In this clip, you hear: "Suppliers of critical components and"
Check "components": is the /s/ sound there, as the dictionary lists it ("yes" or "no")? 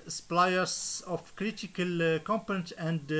no